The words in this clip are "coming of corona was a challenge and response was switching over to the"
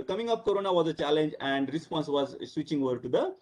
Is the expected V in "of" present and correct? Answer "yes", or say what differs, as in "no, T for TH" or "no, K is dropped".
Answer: no, P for V